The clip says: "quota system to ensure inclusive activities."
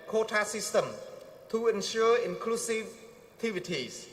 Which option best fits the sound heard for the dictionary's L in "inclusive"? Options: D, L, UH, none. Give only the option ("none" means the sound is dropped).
L